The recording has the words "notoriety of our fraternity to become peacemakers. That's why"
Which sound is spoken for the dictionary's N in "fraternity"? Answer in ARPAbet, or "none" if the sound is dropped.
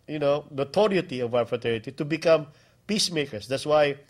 none